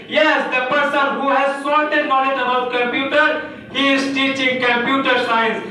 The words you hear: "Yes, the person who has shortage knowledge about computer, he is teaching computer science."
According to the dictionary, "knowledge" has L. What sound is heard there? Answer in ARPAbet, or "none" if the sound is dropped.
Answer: N